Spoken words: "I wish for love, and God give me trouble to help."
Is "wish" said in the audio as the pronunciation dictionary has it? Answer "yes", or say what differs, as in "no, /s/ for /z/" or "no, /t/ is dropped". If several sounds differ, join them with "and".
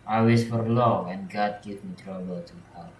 no, /s/ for /ʃ/